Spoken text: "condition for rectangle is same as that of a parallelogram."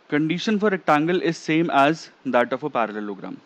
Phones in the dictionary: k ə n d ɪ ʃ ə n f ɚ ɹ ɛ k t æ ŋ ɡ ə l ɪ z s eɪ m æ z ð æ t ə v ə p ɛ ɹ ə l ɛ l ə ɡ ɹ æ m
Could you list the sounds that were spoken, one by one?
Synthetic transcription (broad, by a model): k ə n d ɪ ʃ ə n f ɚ ɹ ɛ t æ ŋ ɡ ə l ɪ z s eɪ m æ z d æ t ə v ə p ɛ ɹ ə l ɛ l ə ɡ ɹ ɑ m